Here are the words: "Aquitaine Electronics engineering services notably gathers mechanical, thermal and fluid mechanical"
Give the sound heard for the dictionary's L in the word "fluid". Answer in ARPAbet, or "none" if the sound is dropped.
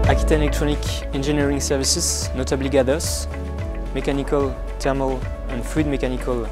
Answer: none